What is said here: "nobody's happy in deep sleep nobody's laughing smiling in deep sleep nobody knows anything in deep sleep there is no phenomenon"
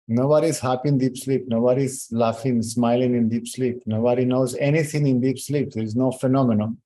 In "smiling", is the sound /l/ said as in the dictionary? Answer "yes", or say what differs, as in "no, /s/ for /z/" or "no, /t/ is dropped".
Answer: yes